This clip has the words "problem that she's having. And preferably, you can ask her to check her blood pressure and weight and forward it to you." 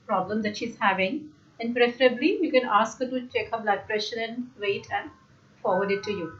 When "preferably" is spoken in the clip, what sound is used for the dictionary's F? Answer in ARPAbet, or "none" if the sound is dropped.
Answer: F